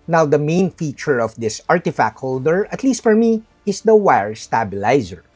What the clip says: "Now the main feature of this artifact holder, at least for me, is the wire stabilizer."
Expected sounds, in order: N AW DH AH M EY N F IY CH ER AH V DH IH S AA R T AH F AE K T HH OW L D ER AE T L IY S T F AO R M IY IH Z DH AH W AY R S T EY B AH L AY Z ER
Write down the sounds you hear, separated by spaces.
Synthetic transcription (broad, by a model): N AW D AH M EY N F IY CH ER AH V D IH S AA R T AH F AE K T HH OW L D ER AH T L IY S T F AO R M IY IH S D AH W AY R S T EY B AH L AY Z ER